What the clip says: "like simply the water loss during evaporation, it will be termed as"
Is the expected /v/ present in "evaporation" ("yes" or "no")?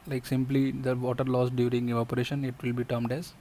no